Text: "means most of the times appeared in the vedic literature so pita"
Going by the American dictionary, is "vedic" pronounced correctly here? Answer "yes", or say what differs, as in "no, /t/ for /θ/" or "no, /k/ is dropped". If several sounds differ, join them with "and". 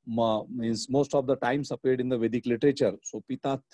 yes